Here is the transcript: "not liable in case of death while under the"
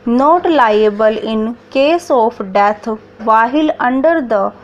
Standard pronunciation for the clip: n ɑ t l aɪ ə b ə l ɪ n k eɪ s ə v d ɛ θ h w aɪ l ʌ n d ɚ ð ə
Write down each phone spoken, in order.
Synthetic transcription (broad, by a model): n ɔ t l aɪ ə b ə l ɪ n k eɪ s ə p d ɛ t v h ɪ l ʌ n d ɚ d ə